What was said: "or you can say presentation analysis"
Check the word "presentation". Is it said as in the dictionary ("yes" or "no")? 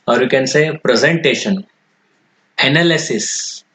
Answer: yes